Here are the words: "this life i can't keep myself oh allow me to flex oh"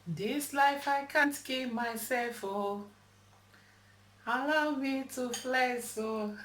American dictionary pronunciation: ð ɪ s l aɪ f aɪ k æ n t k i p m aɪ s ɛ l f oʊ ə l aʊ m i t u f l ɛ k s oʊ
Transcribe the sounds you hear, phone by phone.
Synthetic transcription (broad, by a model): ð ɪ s l aɪ f aɪ k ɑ n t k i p m aɪ s ɛ l f oʊ ə l aʊ m i t u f l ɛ s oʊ